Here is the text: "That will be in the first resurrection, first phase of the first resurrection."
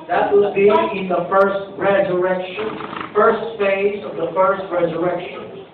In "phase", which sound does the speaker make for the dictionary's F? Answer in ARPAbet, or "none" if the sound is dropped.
F